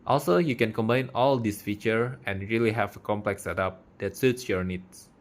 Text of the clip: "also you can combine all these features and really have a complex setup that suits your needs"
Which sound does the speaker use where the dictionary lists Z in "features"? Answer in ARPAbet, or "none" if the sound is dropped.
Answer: none